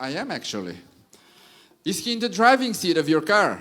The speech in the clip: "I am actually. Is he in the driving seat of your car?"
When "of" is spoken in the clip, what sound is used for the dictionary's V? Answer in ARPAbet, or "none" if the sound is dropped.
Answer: V